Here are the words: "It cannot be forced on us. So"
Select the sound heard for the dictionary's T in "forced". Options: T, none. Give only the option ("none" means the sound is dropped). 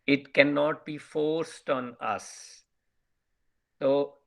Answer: T